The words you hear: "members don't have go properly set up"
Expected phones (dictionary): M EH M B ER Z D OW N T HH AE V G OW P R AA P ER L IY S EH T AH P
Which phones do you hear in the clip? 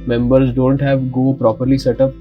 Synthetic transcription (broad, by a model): M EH M B ER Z D OW N T HH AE V G OW P R AA P ER L IY S EH T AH P